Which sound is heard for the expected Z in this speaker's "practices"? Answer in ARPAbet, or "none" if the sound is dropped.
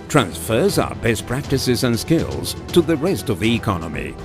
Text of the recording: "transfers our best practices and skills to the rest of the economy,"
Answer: Z